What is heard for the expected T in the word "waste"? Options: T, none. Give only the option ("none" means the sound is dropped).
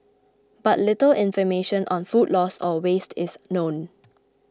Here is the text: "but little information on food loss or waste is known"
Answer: T